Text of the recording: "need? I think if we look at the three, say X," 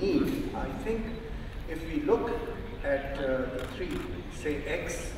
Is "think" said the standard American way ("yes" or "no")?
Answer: no